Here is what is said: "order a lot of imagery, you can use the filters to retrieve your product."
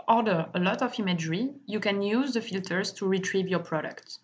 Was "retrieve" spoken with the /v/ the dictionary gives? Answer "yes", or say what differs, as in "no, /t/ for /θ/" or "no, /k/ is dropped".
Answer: yes